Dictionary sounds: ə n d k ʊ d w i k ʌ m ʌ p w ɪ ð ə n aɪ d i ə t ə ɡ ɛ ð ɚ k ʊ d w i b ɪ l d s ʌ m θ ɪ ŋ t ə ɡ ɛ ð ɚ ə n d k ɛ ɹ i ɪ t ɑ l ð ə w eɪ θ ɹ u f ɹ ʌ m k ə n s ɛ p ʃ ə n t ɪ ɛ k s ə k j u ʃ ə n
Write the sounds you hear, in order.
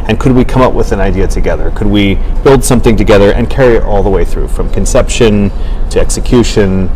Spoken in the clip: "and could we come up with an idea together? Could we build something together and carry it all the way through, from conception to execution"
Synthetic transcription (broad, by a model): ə n k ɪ d w i k ʌ m ʌ p w ɪ ð ə n aɪ d i ə t ə ɡ ɛ ð ɚ k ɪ d w i b ɪ l d s ʌ m θ ɪ ŋ t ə ɡ ɛ ð ɚ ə n k ɛ ɹ i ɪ t ɑ l ð ə w eɪ θ ɹ u f ɹ ʌ m k ə n s ɛ p ʃ ə n t ɪ ɛ k s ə k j u ʃ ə n